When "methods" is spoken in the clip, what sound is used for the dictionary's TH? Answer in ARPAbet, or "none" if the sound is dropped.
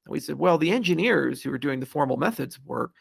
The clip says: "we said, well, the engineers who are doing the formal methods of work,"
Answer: TH